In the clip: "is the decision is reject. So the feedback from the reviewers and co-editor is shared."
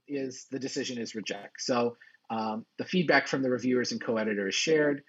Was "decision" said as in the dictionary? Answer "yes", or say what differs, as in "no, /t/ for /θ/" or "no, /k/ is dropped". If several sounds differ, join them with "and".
yes